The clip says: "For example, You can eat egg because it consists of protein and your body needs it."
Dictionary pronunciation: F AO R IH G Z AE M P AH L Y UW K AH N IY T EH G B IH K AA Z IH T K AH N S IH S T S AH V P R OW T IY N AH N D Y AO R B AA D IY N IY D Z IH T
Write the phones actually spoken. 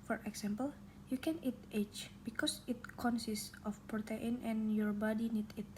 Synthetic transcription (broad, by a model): F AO R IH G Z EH M P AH L Y UW K AH N IY T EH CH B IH K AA S IH T K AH N S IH S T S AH F P R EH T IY N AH N Y AO R B AA D IY N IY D IH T